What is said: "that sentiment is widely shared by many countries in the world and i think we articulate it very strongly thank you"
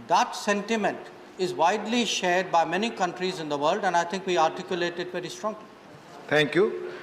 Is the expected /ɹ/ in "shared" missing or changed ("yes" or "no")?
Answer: no